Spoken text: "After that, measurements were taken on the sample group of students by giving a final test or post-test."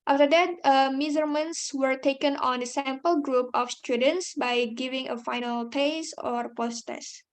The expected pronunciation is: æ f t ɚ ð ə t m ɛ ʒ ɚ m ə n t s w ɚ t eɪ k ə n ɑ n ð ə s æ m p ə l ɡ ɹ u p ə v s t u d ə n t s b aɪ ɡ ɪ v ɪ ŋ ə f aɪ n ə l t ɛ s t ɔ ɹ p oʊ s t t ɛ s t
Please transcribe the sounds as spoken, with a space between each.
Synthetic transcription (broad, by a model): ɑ f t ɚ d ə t m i z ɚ m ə n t s w ɚ t eɪ k ə n ɑ n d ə s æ m p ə l ɡ ɹ u p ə f s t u d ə n t s b aɪ ɡ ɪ v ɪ ŋ ə f aɪ n ə l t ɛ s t ɔ ɹ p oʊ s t t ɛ s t